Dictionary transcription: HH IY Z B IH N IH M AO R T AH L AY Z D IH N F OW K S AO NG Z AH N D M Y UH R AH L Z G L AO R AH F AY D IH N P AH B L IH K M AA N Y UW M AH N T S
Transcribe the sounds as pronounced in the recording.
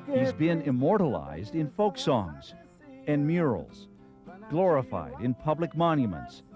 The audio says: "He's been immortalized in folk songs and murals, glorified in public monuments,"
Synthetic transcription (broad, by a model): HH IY Z B IH N IH M AO R T AH L AY Z D IH N F OW K S AO NG Z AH N M Y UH R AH L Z G L AO R AH F AY D IH N P AH B L IH K M AA N Y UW M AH N T S